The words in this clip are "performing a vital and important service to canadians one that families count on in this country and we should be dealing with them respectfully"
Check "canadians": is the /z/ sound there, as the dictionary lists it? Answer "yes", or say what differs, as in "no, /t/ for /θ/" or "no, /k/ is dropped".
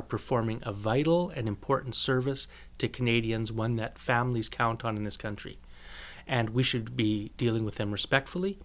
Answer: yes